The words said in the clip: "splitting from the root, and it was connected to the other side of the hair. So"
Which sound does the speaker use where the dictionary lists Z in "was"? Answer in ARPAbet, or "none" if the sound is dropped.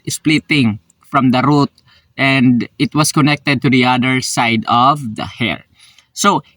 S